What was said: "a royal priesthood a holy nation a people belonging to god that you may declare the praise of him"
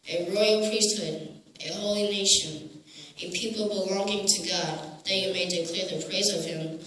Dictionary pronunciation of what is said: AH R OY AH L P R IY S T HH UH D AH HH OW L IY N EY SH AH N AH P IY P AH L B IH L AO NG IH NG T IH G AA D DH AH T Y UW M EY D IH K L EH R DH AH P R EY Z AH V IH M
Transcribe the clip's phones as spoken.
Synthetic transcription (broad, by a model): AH R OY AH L P R IY S T HH UH D AH HH OW L IY N EY SH AH N AH P IY P L B IH L AO NG IH NG T IH G AA D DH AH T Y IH M EY D IH K L EH R DH AH P R EY Z AH V IH M